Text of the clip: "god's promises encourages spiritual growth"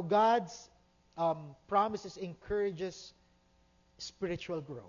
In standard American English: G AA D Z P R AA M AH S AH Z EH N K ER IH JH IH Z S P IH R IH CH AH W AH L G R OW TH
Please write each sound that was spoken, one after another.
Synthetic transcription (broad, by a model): G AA D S P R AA M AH S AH S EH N K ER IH JH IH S P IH R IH CH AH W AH L G R OW